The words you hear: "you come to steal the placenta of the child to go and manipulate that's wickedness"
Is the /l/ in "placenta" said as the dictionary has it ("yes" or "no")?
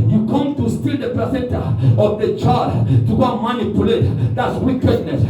no